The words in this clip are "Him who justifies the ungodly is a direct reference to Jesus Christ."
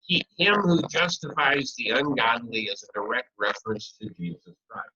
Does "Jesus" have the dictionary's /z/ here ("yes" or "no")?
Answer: yes